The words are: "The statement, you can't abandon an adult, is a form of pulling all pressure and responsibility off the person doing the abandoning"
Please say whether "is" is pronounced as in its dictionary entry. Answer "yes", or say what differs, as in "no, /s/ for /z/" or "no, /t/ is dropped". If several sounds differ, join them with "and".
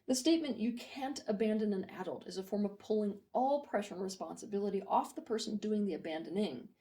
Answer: yes